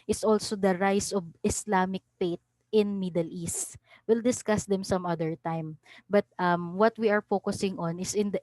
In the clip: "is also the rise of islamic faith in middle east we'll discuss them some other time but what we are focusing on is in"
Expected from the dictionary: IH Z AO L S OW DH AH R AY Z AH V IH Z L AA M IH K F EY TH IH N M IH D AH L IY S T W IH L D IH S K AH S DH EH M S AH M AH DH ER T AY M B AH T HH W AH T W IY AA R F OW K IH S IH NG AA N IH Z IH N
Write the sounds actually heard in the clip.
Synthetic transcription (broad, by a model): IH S AO L S OW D AH R AY S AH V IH S L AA M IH K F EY T IH N M IH D AH L IY S T W IH L D IH S K AH S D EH M S AH M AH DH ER T AY M B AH T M W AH T W IY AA R F OW K IH S IH NG AA N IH S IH N